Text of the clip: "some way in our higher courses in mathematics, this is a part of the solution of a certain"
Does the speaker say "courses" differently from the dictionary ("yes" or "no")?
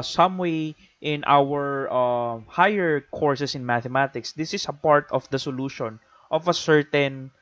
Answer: yes